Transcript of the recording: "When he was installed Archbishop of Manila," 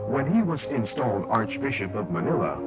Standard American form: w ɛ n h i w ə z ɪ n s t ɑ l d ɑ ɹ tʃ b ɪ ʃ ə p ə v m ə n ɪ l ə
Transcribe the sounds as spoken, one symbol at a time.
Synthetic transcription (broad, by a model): w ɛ n i w ə z ɪ n s t ɑ l d ɑ ɹ tʃ b ɪ ʃ ə p ə v m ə n ɪ l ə